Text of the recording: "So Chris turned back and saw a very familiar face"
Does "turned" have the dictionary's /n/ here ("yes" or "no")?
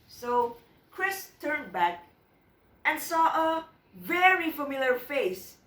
yes